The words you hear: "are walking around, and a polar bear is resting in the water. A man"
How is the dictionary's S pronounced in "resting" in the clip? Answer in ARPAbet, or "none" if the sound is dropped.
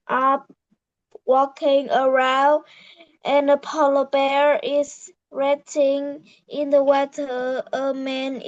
none